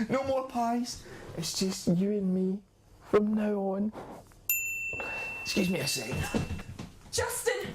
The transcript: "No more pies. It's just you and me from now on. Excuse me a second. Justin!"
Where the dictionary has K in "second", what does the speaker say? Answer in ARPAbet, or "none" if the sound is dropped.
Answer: none